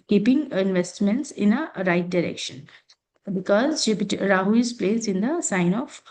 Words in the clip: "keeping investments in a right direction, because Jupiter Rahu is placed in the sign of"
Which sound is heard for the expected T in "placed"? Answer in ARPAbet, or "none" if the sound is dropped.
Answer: none